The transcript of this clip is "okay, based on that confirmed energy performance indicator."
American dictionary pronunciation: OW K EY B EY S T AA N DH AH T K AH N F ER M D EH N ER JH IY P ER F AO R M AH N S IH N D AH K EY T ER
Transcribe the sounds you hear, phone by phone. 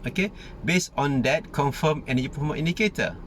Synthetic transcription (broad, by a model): OW K EY B EY S AA N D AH T K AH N F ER M EH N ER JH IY P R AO M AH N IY N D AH K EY T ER